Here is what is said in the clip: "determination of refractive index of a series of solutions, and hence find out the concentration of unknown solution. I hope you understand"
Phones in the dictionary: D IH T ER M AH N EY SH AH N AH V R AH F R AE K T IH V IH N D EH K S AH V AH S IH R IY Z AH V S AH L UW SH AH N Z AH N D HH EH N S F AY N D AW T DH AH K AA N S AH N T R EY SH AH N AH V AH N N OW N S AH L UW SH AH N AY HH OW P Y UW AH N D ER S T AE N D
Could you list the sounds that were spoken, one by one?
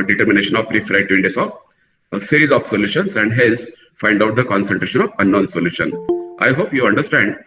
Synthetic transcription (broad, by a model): D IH T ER M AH N EY SH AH N AH V R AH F R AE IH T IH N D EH S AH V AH S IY R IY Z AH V S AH L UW SH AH N S AH N D HH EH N S F AY N D AW T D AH K AA N S AH N T R EY SH AH N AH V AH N N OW N S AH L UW SH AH N AY HH OW P Y UW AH N D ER S T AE N D